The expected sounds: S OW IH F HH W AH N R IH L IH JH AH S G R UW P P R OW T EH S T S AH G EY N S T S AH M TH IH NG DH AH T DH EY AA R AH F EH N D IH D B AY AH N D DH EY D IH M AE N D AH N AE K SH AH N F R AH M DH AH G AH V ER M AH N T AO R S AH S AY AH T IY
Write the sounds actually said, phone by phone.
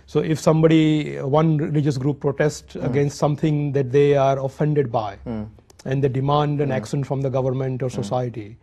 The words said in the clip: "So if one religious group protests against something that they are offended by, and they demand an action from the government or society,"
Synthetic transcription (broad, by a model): S OW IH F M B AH N R IH L IH JH AH S G R UW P P R OW T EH S T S AH G EY N S T S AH M T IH NG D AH T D EY AA R AH F EH N D IH D B AY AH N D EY D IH M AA N D AH N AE K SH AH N F R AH M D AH G AH V ER M AH N T AO R S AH S AY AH T IY